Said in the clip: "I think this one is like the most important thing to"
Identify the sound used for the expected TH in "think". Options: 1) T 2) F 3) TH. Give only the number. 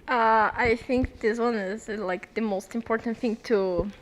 3